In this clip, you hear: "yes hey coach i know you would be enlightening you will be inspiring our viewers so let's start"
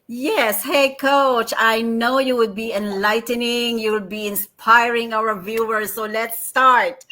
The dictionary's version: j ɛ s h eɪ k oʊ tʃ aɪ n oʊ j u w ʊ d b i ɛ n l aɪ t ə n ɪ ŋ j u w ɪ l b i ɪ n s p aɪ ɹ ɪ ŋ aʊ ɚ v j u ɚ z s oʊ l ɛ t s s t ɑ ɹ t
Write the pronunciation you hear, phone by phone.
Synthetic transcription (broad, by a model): j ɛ s h eɪ k oʊ tʃ aɪ n oʊ j u w ʊ d b i ɛ n l aɪ t ə n ɪ ŋ j u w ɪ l b i ɪ n s p aɪ ɹ ɪ ŋ aʊ ɚ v j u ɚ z s oʊ l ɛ t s s t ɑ ɹ t